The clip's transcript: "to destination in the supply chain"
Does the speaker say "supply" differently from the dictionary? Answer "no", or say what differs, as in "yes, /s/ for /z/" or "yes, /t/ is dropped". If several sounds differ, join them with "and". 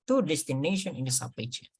yes, /l/ is dropped